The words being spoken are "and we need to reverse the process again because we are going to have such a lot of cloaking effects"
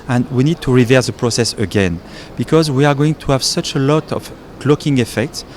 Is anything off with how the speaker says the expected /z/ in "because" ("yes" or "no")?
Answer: no